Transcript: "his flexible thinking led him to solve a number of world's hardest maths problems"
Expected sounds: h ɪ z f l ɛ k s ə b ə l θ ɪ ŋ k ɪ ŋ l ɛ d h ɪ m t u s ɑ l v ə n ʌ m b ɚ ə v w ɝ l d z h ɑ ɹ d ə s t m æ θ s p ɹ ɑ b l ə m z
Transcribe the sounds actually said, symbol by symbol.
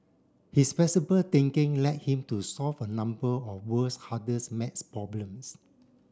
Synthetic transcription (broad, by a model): h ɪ s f ɛ s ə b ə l t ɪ ŋ k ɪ ŋ l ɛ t h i m t u s ɑ l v ə n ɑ m b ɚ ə f w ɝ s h ɑ d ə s m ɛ t s p ɹ ɑ b l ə m s